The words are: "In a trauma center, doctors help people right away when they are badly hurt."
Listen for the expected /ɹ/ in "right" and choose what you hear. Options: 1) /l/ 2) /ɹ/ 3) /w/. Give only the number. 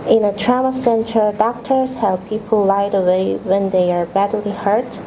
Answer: 1